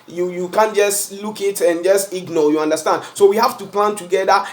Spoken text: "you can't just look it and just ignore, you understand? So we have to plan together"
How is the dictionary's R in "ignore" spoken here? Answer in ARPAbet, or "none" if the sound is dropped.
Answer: L